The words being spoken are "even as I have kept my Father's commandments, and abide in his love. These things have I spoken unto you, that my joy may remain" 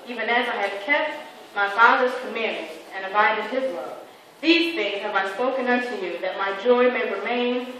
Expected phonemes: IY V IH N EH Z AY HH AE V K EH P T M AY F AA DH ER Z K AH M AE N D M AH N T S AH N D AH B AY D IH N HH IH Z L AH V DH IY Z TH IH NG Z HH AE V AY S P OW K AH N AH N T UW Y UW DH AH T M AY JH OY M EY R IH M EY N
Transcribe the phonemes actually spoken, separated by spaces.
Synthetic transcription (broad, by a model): IY V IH N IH Z AY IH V K EH P T M AY F AA DH ER Z K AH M M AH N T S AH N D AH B AY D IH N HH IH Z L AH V DH IY Z TH IH NG Z HH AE V AY S P OW K AH N AH N T UW Y UW DH AH T M AY JH OY M EY R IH M EY N